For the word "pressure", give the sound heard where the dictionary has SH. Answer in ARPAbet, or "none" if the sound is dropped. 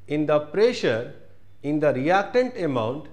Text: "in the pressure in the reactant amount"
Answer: SH